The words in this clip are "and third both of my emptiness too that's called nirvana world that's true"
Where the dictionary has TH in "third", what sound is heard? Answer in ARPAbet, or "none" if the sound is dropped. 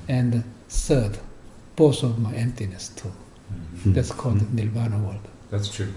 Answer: S